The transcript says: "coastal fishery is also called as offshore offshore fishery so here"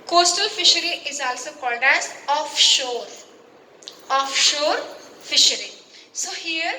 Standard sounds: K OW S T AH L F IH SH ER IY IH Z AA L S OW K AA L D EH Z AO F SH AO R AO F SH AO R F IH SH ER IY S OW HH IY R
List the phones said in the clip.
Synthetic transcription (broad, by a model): K OW S T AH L F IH SH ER IY IH Z AA L S OW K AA D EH S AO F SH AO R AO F SH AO R F IH SH ER IY S OW HH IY R